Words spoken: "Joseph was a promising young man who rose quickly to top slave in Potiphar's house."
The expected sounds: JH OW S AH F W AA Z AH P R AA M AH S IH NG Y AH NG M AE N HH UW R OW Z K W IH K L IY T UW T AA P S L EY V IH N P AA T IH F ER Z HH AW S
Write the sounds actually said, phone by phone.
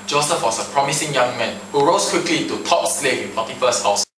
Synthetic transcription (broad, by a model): JH OW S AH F W AA S AH P R AA M AH S IH NG Y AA NG M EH N HH UW R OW S K W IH K L IY T UW T AA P S L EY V IH N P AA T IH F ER S HH AW S